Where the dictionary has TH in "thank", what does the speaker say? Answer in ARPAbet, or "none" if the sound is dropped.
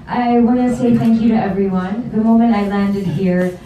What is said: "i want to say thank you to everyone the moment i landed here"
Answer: TH